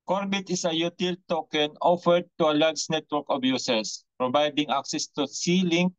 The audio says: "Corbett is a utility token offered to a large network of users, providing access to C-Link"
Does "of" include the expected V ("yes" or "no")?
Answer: no